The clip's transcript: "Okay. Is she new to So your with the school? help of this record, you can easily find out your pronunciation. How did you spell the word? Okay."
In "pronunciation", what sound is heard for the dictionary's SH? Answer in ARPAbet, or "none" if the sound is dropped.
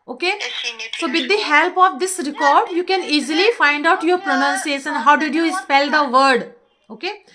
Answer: S